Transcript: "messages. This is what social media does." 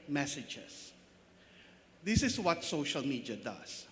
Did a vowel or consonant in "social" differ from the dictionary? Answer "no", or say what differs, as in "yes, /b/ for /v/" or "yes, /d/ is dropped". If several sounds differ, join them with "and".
no